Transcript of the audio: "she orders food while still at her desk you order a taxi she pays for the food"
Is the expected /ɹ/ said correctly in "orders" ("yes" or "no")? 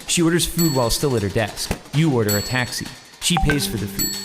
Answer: yes